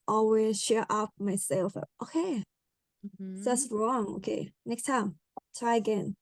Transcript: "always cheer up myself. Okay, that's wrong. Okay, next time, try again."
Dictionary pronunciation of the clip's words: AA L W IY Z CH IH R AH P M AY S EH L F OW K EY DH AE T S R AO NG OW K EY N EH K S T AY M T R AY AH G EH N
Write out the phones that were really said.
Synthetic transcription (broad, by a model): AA L W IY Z SH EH R AH P M AY S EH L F OW K EY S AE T S R AO NG OW K EY N EH K S T AY M T R AY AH G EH N